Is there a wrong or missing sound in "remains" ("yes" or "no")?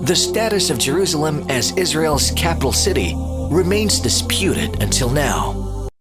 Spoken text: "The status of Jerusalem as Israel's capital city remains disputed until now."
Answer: no